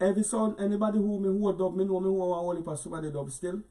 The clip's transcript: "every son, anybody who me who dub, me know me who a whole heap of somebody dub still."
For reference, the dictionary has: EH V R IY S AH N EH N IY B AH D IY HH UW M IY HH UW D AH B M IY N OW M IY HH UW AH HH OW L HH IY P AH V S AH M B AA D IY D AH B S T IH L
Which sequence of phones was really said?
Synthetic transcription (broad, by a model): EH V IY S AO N EH N IY B AH D IY HH UW M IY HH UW D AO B M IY N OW M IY HH UW AH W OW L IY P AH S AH B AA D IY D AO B S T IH L